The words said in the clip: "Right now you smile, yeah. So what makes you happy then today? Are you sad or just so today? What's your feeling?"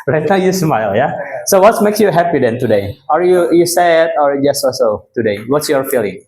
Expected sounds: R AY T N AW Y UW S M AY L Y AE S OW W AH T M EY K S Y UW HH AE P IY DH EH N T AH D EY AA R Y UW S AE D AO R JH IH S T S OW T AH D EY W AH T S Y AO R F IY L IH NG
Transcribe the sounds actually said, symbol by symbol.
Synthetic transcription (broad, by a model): R AY T N AW Y UW S M AY L Y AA S OW W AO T M EY K S Y UW HH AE P IY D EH N T AH D EY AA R Y UW S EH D AO R JH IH S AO S OW T AH D EY W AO T S Y AO R F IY L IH NG